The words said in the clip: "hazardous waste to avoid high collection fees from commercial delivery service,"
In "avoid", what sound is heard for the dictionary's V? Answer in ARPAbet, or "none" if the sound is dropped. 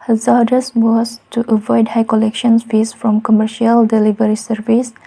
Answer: V